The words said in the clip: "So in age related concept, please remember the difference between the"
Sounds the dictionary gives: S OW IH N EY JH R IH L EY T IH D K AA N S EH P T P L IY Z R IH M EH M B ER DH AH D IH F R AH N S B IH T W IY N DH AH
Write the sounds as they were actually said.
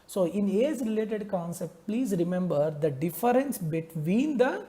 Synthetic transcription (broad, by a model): S OW IH N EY Z R IH L EY T IH D K AA N S EH P T P L IY Z R IH M EH M B ER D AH D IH F R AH N S B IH T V IY N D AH